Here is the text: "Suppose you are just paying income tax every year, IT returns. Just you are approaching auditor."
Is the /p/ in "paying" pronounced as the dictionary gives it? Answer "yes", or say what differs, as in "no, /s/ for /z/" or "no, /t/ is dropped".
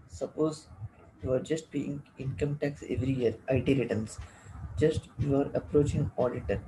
no, /b/ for /p/